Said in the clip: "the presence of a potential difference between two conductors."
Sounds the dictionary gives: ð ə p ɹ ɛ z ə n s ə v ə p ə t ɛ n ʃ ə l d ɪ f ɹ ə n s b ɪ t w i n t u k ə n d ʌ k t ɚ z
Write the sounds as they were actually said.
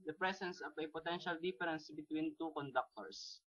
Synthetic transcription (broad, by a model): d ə p ɹ ɛ s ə n s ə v ə p ə t ɛ n ʃ ə l d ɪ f ɹ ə n s b ɪ t w i n t u k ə n d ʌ k t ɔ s